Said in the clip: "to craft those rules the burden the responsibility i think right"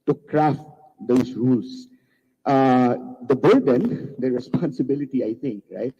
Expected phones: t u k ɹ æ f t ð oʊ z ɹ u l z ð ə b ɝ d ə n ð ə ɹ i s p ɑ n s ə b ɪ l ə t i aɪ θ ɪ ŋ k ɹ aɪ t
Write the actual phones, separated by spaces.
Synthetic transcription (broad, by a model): t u k ɹ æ f t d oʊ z ɹ u l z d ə b ɝ d ə n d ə ɹ i s p ɑ n s ə b ɪ l ə t i aɪ t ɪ ŋ k ɹ aɪ t